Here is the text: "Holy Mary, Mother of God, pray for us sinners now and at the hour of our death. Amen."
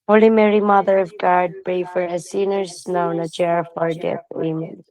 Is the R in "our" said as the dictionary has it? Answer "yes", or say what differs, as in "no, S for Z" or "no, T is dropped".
yes